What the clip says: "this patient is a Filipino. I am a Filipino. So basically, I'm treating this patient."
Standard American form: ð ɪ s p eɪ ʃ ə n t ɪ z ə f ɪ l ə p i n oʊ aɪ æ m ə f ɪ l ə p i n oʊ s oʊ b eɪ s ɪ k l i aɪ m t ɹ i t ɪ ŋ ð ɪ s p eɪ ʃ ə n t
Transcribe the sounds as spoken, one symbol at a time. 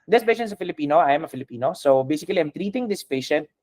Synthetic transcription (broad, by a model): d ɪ s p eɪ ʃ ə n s ə f ɪ l ə p i n oʊ aɪ m ə f ɪ l ə p i n oʊ s oʊ b eɪ s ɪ k l i aɪ m t ɹ i t ɪ ŋ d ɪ s p eɪ ʃ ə n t